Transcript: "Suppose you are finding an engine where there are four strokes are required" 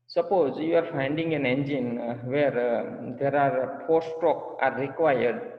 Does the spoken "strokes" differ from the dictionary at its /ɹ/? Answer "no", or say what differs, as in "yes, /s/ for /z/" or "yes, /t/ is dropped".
yes, /ɹ/ is dropped